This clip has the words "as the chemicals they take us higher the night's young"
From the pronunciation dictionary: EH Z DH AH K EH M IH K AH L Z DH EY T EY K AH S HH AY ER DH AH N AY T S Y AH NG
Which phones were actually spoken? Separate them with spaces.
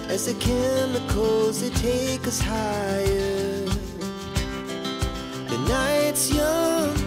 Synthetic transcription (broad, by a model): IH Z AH K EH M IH K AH Z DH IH T EY K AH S HH AY ER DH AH N AY T S Y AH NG